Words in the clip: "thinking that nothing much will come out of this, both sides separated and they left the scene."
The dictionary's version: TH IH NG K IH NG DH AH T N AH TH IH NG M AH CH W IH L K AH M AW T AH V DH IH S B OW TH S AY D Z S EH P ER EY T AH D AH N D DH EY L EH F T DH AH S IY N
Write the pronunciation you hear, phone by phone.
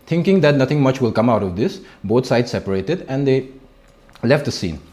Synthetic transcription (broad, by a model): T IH NG K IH NG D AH T N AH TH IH NG M AH CH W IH L K AH M AW T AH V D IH S B OW T S AY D S EH P ER EY T AH D AH N D EY L EH F T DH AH S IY N